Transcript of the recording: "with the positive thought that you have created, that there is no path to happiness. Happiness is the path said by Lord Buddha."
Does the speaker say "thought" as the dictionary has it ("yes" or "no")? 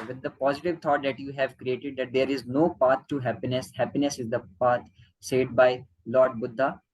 no